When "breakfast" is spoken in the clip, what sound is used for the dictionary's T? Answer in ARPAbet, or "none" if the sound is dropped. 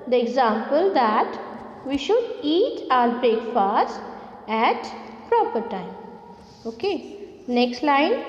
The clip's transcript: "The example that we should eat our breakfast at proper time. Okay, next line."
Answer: none